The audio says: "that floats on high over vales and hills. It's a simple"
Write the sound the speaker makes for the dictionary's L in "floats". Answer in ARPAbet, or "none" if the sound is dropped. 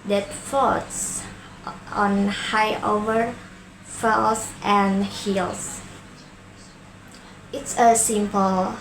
none